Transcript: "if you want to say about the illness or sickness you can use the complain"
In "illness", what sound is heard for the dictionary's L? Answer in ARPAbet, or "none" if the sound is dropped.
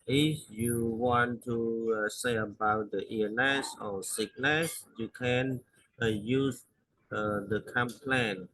none